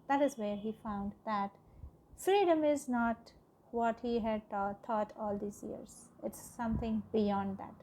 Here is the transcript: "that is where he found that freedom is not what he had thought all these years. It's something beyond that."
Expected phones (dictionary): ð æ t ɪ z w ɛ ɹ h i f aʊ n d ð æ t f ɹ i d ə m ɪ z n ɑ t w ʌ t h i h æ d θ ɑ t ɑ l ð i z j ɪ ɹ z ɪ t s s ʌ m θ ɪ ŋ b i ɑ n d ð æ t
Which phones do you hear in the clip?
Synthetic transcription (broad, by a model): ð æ t ɪ z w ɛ ɹ h i f aʊ n d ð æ t f ɹ i d ə m ɪ z n ɑ t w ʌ t h i h æ d t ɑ t ɑ l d i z j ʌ ɹ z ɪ t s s ʌ m t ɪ ŋ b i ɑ n d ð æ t